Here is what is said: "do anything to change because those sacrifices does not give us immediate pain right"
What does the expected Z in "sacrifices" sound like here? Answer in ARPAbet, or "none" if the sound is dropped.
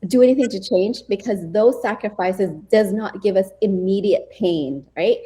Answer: Z